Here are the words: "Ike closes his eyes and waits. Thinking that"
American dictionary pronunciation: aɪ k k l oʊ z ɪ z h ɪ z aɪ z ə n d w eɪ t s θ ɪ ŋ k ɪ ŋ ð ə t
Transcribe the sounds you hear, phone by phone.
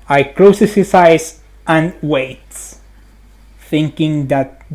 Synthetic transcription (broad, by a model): aɪ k k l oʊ s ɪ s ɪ s aɪ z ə n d w eɪ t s θ ɪ ŋ k ɪ ŋ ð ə t